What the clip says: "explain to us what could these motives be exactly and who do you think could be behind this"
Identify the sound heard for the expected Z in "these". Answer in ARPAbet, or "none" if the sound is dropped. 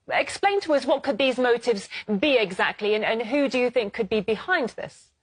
Z